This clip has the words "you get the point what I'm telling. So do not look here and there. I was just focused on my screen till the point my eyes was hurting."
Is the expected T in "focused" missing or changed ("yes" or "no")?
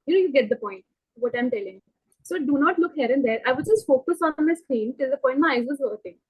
yes